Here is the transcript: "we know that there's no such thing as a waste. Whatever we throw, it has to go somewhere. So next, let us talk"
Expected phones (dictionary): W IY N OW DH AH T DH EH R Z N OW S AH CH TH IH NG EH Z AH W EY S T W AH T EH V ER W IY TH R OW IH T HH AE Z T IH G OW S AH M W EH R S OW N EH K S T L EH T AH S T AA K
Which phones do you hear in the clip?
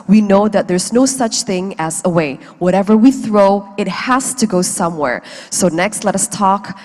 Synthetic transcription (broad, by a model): W IY N OW DH AH T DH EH R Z N OW S AH CH TH IH NG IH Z AH W EY W AH T EH V ER W IY TH R OW IH T HH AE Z T IH G OW S AH M W EH R S OW N EH K S T L EH T AH S T AA K